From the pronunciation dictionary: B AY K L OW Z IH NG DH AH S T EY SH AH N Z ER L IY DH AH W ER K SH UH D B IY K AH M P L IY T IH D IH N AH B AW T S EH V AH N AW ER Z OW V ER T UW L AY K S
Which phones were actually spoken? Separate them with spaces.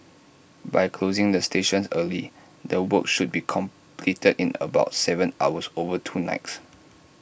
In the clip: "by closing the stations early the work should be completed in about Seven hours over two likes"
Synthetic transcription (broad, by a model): B AY K L OW Z IH NG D AH S T EY SH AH N S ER L IY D AH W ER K SH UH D B IY K AH M P L IY T IH D IH N AH B AW T S EH V AH N AW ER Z OW V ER T UW N AY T S